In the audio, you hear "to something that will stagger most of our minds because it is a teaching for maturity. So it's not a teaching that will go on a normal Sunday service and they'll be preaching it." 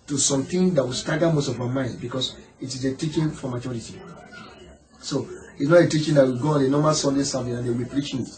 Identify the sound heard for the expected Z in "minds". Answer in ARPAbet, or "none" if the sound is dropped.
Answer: none